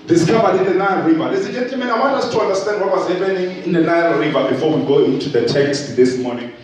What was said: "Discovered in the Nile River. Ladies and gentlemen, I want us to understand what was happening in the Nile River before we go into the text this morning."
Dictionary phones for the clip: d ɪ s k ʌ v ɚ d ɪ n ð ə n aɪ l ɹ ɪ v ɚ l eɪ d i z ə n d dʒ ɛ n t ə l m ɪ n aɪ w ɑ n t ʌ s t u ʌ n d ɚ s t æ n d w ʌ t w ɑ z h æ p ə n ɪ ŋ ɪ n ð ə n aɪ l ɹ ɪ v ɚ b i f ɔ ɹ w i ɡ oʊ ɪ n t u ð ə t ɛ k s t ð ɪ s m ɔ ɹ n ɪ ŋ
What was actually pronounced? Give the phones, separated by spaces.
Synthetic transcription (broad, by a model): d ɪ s k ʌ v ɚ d ɪ n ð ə n aɪ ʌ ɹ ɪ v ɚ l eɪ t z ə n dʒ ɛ n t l m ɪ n aɪ w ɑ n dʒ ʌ s t u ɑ n d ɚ s t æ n d w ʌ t w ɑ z h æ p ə n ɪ ŋ ɪ n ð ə n aɪ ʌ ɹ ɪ v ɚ b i f ɔ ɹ w i ɡ oʊ ɪ n t u ð ə t ɛ k s t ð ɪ s m ɔ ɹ n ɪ ŋ